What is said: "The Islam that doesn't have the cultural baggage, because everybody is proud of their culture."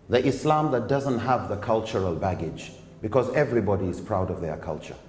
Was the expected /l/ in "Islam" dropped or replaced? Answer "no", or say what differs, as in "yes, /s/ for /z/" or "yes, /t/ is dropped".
no